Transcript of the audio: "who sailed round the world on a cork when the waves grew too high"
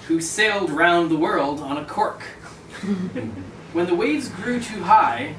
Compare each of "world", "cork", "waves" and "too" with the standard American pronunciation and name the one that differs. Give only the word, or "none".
none